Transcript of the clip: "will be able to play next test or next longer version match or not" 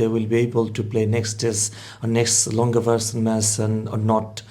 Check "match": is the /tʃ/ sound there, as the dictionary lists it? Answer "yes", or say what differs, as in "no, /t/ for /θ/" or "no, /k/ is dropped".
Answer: no, /s/ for /tʃ/